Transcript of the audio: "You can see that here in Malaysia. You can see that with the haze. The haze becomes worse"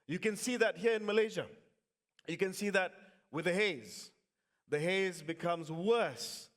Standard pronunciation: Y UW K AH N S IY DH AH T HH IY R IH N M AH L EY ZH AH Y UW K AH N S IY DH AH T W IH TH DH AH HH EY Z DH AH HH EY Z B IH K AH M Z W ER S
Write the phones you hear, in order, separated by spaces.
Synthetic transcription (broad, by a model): Y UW K AH N S IY DH AH T HH IY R IH N M AH L EY ZH AH Y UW K AH N S IY DH AH T W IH DH AH HH EY Z DH AH HH EY Z B IH K AH M Z W ER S